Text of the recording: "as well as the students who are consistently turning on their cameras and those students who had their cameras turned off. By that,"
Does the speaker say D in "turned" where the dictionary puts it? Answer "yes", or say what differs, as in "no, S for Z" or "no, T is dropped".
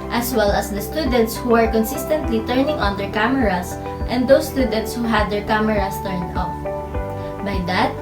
no, D is dropped